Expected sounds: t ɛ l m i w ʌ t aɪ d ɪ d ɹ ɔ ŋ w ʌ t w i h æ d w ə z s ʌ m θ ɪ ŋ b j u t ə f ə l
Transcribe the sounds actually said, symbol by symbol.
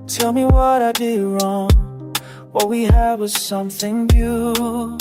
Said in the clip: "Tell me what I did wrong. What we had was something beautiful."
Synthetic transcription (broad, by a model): t ɛ l m i w ʌ t aɪ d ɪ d ɹ ɔ ŋ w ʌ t w i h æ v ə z s ʌ m θ ɪ ŋ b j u